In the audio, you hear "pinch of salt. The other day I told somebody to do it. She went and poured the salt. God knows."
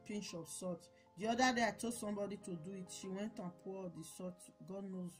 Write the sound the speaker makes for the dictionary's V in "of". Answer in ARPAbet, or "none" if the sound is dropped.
P